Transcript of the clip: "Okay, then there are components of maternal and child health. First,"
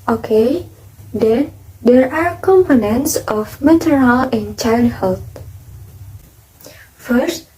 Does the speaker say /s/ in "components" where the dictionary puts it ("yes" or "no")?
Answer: yes